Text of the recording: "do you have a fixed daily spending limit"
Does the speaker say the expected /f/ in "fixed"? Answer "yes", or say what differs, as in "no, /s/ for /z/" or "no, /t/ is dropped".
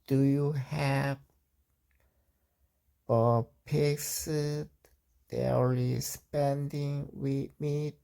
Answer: no, /p/ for /f/